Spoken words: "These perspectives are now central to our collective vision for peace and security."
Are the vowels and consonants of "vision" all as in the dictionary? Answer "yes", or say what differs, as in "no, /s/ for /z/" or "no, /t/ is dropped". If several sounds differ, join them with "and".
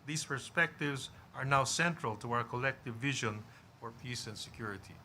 yes